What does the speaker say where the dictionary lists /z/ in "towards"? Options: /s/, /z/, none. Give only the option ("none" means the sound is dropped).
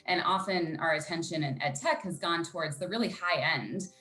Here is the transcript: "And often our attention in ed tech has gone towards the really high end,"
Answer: /z/